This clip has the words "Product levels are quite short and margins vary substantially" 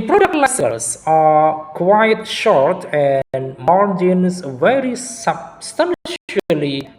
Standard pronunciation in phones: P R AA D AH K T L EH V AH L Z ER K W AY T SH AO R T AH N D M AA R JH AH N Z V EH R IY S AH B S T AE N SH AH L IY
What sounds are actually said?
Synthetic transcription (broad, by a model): P R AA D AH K T L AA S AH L S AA K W AY T SH AO R T AH N D M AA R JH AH N S V EH R IY S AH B S T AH N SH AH L IY